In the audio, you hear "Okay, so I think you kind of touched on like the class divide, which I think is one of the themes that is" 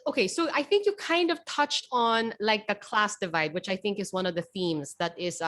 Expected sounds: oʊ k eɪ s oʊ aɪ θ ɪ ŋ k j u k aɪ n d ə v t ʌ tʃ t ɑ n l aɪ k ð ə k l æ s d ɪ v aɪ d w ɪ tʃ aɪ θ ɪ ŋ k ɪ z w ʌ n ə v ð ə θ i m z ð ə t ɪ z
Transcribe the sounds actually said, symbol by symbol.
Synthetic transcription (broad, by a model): oʊ k eɪ s oʊ aɪ θ ɪ ŋ k j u k aɪ n d ə v t ʌ tʃ t n l aɪ k ð ə k l æ s d ɪ v aɪ d w ɪ tʃ aɪ θ ɪ ŋ k ɪ z w ʌ n ə v ð ə θ i m z ð ə t ɪ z